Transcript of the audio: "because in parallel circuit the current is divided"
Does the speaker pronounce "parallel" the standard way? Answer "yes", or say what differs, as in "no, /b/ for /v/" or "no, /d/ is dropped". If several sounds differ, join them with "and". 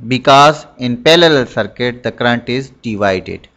no, /l/ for /ɹ/